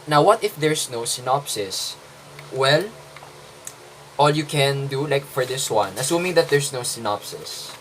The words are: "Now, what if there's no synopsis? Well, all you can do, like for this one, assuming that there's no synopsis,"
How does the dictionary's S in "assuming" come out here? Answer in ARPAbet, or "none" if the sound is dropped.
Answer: S